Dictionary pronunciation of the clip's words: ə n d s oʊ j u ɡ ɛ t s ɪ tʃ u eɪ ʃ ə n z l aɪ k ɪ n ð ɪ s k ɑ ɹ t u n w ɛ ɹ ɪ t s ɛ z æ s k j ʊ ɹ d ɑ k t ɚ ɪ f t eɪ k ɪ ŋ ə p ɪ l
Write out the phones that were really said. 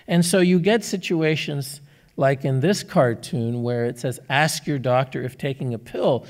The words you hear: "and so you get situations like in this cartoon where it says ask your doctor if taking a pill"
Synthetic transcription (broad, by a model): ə n s oʊ j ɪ ɡ ɛ t s ɪ tʃ u eɪ ʃ ə n z l aɪ k ɪ n ð ɪ s k ɑ ɹ t u n w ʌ ɹ ɪ t s ɛ z æ s k j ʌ ɹ d ɑ k t ɚ ɪ f t eɪ k ɪ ŋ ə p ɪ l